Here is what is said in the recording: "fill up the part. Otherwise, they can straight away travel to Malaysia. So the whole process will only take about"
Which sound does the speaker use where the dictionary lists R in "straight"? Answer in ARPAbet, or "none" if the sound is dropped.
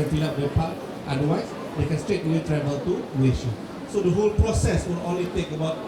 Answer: R